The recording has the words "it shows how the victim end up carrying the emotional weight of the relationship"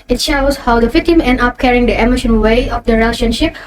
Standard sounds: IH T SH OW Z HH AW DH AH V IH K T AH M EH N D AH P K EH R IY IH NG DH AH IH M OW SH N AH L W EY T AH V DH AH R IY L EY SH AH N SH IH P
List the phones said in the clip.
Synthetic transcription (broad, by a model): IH T SH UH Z HH AW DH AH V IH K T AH M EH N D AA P K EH R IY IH NG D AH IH M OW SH AH N W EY AH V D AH R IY L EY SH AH N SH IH P